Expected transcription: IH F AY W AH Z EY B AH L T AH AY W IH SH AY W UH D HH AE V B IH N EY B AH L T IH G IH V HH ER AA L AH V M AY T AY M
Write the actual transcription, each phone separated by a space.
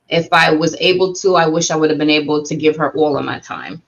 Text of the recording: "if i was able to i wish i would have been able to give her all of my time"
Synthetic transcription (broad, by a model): IH F AY W AH Z EY B L T AH AY W IH SH AY W UH D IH V B IH N EY B L T IH G IH V ER AA L AH V M AY T AY M